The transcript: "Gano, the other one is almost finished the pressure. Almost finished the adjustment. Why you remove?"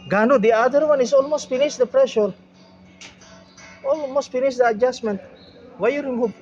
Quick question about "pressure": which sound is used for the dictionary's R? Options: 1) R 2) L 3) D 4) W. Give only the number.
1